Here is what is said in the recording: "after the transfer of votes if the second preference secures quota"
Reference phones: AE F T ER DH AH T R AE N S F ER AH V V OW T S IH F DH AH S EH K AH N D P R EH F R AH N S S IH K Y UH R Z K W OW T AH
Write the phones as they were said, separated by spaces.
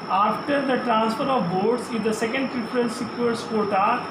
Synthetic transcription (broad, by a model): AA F T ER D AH T R AE N S F ER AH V B OW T S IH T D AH S EH K AH N D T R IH P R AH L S S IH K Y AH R S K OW T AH